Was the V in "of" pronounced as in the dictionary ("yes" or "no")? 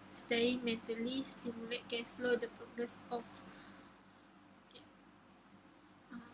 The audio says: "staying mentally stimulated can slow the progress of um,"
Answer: no